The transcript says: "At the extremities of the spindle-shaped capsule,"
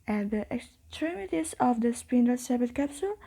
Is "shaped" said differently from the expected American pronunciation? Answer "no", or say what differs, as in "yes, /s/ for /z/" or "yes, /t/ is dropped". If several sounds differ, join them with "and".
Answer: yes, /s/ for /ʃ/